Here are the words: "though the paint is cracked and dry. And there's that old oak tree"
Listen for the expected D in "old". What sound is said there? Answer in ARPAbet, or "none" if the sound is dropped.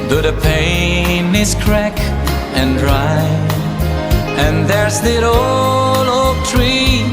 none